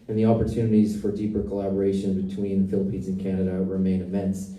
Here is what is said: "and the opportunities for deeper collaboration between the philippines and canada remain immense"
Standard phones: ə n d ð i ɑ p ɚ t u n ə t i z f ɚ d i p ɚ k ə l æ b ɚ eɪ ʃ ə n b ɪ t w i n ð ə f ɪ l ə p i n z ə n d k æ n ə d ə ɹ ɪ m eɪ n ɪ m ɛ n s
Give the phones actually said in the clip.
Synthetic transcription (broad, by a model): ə n ð i ɑ p ɚ t u n ə t i z f ɚ d i p ɚ k ə l æ b ɚ eɪ ʃ ə n b ɪ t w i n f ɪ l ə p i n z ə n k æ n ə d ə ɹ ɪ m eɪ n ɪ m ɛ n s